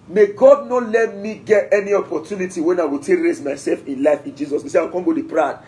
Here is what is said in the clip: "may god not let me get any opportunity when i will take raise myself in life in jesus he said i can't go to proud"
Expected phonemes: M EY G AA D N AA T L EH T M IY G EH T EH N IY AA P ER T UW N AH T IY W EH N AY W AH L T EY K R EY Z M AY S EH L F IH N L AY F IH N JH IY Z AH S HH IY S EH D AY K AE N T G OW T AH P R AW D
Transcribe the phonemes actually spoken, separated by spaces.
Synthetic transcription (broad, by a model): M EY G AA D N AA T L EH T M IY G EH T EH N IY AA P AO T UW N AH T IY W EH N AY W AH L T EY K R EY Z M AY S EH L F IH N L AY F IH N JH IY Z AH S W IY S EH AY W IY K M G OW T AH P R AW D